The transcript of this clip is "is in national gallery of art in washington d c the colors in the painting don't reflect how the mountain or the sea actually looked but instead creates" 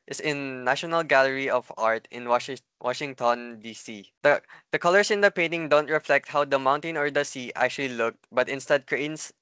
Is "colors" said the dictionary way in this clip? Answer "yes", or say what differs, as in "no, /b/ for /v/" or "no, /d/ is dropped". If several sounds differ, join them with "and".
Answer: no, /s/ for /z/